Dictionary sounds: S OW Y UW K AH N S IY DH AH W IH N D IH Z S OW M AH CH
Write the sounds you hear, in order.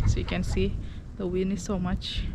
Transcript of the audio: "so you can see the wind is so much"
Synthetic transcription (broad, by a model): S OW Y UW K AH N S IY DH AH W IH N IH S OW M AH CH